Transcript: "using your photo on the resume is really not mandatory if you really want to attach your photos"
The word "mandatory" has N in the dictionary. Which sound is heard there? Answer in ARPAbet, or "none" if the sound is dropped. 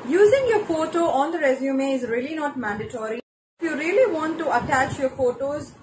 N